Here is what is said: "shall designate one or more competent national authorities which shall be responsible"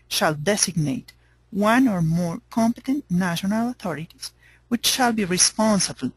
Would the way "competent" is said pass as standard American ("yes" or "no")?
yes